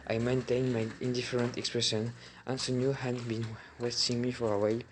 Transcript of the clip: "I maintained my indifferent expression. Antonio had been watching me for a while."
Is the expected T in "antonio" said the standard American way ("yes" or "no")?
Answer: no